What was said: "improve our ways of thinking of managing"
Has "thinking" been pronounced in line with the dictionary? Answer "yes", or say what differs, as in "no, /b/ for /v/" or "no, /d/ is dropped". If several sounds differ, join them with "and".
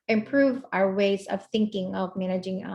yes